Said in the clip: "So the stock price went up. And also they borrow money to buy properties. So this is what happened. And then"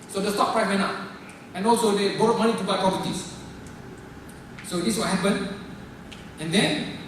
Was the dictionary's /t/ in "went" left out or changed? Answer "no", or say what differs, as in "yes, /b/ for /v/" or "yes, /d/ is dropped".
yes, /t/ is dropped